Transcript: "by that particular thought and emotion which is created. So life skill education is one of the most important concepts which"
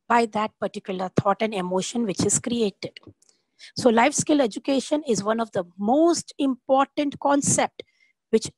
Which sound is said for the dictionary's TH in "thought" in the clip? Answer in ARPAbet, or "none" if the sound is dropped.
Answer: T